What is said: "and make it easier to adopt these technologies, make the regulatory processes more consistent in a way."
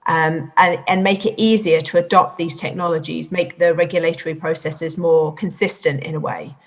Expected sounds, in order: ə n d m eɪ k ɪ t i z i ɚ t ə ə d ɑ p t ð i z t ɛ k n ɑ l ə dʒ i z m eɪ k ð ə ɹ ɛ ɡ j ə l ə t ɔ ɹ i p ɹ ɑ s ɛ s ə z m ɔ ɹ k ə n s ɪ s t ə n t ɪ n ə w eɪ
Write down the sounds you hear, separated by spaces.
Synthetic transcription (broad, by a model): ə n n m eɪ k ɪ t i z i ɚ t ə ə d ɑ p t ð i z t ɛ k n ɑ l ə dʒ i z m eɪ k ð ə ɹ ɛ ɡ j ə l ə t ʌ ɹ i p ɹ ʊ s ɛ s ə z m ɔ k ə n s ɪ s t ə n t ɪ n ə w eɪ